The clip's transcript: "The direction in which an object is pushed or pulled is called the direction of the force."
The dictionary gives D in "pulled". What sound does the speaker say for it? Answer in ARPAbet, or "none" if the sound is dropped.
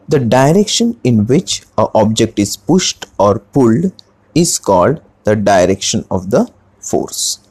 D